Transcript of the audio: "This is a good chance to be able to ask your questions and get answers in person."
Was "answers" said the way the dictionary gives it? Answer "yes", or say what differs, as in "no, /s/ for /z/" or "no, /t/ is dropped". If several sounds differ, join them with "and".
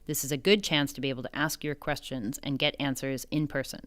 yes